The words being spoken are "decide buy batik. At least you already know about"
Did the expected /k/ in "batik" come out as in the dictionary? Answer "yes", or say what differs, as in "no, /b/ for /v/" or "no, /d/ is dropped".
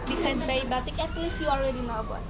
yes